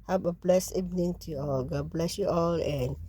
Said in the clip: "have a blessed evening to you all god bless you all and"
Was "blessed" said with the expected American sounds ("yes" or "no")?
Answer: no